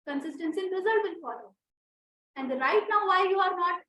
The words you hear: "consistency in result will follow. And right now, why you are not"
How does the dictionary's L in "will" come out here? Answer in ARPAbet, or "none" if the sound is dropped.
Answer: N